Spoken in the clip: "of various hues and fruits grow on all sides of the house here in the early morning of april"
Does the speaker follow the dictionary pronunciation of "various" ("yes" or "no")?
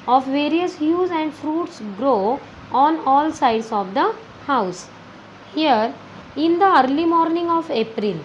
yes